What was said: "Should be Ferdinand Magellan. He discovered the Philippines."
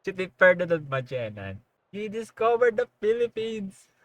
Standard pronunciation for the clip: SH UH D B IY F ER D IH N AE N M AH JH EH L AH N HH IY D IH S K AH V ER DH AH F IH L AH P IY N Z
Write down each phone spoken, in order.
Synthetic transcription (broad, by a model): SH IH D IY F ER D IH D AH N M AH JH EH N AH N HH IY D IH S K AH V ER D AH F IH L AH P IY N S